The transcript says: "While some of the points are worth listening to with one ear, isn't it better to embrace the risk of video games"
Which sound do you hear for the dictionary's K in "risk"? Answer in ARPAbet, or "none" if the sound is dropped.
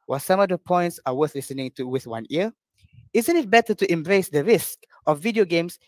K